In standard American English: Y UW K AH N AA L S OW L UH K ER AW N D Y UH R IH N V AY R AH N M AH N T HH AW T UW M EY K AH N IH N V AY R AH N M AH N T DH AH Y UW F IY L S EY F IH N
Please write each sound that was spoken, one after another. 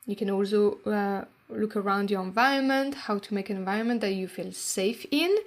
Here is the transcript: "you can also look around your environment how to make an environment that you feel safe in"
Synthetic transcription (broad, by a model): Y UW K AH N AA L S OW L UH K ER AW N D Y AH R IH N V AY R AH N M AH N T HH AW T UW M EY AH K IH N V AY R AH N M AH N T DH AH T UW F IY L S EY F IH N